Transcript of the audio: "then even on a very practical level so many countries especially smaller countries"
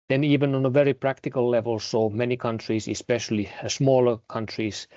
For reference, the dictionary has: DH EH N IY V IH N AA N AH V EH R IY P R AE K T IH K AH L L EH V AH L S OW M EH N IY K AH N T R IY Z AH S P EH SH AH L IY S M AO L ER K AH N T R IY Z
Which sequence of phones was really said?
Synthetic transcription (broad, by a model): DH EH N IY V IH N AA N AH V EH R IY P R AE K T IH K AH L L EH V AH L S OW M EH N IY K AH N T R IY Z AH S P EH SH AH L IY S M AO L ER K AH N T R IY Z